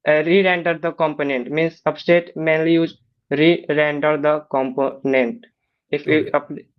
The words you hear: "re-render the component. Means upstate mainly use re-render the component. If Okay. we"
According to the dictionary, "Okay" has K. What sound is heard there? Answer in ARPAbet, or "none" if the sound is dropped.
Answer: none